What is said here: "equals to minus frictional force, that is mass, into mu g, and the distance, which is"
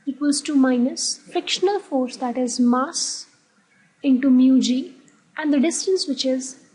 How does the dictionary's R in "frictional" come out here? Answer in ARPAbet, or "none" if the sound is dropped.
R